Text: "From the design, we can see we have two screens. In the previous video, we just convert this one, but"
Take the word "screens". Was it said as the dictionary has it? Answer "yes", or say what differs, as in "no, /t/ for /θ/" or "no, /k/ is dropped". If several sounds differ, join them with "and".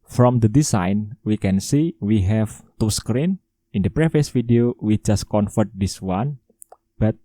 no, /z/ is dropped